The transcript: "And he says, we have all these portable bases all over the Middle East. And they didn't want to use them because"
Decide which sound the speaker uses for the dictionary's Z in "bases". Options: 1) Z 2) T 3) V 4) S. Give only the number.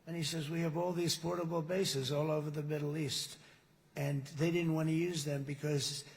1